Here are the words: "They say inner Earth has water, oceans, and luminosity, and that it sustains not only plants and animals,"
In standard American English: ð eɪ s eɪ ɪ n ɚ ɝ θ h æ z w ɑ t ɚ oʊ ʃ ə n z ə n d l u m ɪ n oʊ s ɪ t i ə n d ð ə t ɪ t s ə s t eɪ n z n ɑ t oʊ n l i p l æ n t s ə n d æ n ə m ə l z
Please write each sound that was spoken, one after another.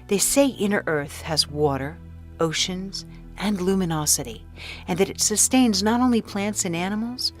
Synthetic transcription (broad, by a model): ð eɪ s eɪ ɪ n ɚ ɝ θ h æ z w ɑ t ɚ oʊ ʃ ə n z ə n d l u m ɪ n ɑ s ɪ t i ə n ð ə t ɪ t s ə s t eɪ n z n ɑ t oʊ n l i p l æ n t s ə n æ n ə m l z